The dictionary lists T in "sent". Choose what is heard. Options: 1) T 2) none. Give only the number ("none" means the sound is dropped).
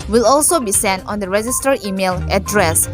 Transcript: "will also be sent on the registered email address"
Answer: 1